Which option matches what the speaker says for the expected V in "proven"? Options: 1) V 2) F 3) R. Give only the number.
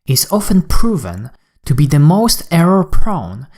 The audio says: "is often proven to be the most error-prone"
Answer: 1